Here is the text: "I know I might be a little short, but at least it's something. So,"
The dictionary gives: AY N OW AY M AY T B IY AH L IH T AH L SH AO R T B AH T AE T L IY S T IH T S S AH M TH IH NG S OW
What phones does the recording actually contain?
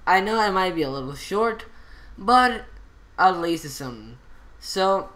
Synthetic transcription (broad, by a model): AY N OW AY M AY T B IY AH L IH T L SH AO R T B AH T T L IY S IH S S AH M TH S OW